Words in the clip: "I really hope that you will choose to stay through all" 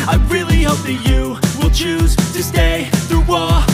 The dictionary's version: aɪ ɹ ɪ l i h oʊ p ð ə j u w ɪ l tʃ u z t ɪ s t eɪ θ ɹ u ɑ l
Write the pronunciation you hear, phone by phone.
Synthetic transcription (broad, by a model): aɪ ɹ ɪ l i h oʊ p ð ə j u w ɪ l tʃ u z t ɪ s t eɪ θ ɹ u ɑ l